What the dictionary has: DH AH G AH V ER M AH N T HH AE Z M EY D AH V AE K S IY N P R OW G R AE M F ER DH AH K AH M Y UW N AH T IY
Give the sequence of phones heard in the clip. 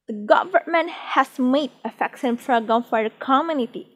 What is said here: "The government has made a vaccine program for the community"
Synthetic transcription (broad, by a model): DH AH G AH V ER M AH N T HH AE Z M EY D AH F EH K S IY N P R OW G AO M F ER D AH K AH M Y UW N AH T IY